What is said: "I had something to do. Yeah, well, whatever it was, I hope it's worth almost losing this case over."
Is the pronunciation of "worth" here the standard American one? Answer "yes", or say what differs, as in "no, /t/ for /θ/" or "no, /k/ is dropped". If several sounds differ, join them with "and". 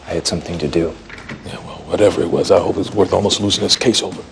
yes